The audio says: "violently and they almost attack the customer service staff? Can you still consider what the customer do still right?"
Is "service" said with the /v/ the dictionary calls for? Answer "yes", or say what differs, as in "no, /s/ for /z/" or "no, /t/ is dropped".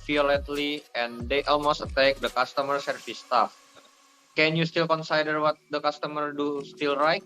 no, /f/ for /v/